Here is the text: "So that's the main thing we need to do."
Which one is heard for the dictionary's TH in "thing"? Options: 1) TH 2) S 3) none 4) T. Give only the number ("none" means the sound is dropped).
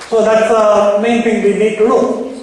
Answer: 4